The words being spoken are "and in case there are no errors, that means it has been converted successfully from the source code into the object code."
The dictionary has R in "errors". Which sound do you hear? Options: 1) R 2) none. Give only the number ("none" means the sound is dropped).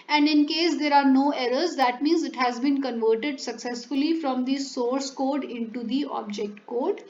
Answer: 1